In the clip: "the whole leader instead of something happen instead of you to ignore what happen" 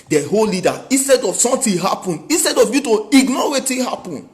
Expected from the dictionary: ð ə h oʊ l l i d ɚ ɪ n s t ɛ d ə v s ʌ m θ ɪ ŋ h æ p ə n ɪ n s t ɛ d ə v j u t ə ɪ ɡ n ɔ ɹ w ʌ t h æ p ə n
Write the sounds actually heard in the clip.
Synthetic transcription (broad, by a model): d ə h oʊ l l i d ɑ ɪ n s t ɛ d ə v s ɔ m t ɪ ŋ h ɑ p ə n ɪ n s t ɛ d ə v j u t ə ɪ ɡ n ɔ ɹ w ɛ t h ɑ p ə n